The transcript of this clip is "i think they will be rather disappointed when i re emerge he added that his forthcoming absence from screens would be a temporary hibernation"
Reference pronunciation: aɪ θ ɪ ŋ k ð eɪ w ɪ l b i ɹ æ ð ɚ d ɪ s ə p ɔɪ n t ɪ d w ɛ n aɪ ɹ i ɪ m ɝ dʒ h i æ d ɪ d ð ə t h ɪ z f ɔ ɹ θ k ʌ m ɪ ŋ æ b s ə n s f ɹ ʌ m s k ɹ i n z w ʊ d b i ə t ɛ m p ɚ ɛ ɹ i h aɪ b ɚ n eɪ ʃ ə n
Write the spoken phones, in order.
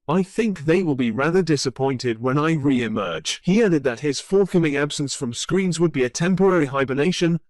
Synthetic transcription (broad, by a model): aɪ θ ɪ ŋ k ð eɪ w ɪ l b i ɹ æ ð ɚ d ɪ s ə p ɔɪ n t ɪ d w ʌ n aɪ ɹ i ɪ m ɝ dʒ h i æ d ɪ d ð ə t h ɪ z f ɔ ɹ θ k ʌ m ɪ ŋ æ b s ə n s f ɹ ʌ m s k ɹ i n z w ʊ d b i ə t ɛ m p ɚ ɛ ɹ i h aɪ b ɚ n eɪ ʃ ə n